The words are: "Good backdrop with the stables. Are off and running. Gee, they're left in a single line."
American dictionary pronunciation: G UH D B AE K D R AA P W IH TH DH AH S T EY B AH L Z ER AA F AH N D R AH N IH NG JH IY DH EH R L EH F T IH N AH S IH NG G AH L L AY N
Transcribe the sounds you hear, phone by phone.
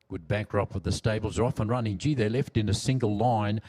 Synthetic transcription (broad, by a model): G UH D B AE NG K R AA P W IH DH AH S T EY B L Z ER AA F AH N R AH N IH NG JH IY DH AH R L EH F T IH N AH S IH NG G AH L L AY N